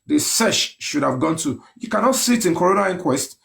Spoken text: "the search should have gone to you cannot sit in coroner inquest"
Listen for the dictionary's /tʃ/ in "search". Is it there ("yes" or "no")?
no